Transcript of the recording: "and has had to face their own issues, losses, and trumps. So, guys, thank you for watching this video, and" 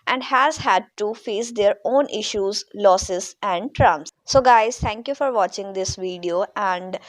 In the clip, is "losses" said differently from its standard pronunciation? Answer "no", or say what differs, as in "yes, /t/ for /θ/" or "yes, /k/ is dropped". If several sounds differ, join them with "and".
no